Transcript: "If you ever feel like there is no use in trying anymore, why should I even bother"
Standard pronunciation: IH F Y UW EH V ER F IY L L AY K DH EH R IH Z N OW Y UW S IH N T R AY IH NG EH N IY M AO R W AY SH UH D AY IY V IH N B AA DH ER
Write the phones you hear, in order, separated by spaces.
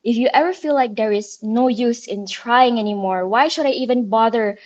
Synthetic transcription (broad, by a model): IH F Y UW EH V ER F IY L L AY K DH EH R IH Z N OW Y UW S IH N T R AY IH NG EH N IY M AO R W AY SH UH D AY IY V IH N B AA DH ER